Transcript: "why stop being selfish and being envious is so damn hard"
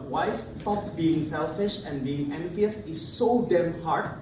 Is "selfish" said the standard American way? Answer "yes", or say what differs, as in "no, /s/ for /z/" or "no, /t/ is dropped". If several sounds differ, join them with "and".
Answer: yes